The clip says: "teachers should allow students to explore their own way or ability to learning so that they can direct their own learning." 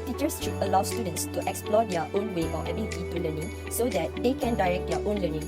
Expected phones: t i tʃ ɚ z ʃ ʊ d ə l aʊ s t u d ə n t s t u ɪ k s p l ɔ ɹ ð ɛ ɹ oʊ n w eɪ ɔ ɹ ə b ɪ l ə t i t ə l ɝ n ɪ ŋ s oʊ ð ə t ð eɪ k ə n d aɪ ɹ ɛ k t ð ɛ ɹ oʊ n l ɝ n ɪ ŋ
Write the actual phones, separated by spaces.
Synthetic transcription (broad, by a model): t i tʃ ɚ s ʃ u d ə l aʊ s t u d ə n t s t u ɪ k s p l ɔ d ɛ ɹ oʊ n w eɪ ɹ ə ɛ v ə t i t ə l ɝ n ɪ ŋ s oʊ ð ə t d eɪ k ə n d aɪ ɹ ɛ k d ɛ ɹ oʊ n l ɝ n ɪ ŋ